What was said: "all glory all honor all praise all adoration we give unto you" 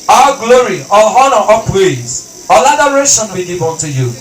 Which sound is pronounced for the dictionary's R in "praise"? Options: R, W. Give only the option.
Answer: W